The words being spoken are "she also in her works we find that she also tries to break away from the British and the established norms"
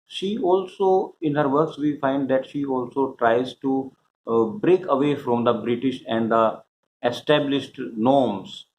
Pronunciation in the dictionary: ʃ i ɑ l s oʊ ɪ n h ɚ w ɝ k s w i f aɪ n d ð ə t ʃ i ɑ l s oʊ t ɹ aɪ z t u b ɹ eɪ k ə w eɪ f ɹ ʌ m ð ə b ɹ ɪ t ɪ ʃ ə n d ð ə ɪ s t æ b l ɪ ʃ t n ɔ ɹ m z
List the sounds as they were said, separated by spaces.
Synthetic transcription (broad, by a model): ʃ i ɑ l s oʊ ɪ n h ɚ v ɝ k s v i f aɪ n d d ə t ʃ i ɑ l s oʊ t ɹ aɪ z t u b ɹ eɪ k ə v eɪ f ɹ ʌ m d ə b ɹ ɪ t ɪ ʃ ə n d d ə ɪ s t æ b l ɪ ʃ t n ɔ ɹ m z